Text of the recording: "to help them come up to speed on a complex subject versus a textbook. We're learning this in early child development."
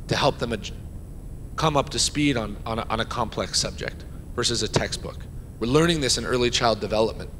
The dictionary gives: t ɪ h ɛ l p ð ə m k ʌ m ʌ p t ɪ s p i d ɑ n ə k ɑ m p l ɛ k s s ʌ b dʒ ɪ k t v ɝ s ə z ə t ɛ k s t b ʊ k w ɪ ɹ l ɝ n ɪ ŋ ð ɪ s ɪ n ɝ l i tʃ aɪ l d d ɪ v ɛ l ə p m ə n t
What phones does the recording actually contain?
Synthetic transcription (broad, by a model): t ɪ h ɛ l p ð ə m k ʌ m ʌ p t ɪ s p i d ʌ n ə k ɑ m p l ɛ k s s ʌ b dʒ ɪ k t v ɝ s ə z ə t ɛ k s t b ʊ k w ɪ ɹ l ɝ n ɪ ŋ ð ɪ s ɪ n ɝ l i tʃ aɪ l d d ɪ v ɛ l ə p m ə n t